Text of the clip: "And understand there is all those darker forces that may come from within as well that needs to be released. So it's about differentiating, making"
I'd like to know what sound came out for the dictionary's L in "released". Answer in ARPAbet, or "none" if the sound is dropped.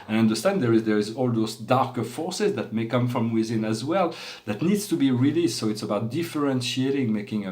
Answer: L